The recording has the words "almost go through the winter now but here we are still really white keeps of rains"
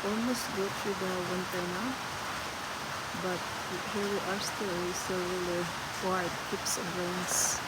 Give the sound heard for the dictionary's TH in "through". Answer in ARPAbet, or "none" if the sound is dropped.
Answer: T